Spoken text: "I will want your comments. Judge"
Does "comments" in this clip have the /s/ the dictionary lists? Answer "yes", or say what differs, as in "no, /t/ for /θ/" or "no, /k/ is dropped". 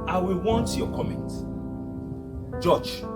no, /s/ is dropped